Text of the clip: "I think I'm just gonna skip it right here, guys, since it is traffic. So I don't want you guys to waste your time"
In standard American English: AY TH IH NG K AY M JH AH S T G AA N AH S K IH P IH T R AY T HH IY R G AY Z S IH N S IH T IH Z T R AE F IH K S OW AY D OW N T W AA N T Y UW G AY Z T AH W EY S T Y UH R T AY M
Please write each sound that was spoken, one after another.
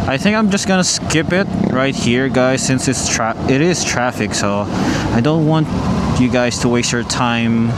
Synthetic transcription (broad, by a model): AY TH IH NG K AY M JH AH S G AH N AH S K IH P IH T R AY T HH IY R G AY Z S IH N S IH T IH Z T R AE F IH K S OW AY D OW N T W AA N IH G AY Z T AH W EY S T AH R T AY M